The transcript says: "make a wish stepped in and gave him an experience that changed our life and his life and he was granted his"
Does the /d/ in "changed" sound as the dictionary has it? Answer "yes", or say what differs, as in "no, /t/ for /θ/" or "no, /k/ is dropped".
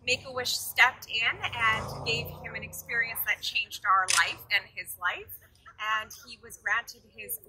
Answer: yes